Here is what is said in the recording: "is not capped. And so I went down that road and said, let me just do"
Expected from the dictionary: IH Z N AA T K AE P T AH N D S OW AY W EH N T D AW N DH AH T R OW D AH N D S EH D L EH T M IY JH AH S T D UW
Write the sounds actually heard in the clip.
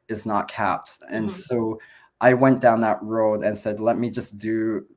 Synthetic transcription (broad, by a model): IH Z N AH T K AE P T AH N S OW AY W EH N D AW N DH AH T R OW D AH N S EH D L EH T M IY JH AH S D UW